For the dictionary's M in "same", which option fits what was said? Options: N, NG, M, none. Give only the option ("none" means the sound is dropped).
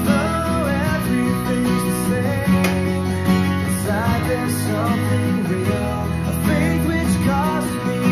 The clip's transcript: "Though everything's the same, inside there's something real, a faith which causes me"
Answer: none